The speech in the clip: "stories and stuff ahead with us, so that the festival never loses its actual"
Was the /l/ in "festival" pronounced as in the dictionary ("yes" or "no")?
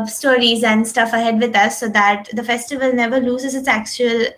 yes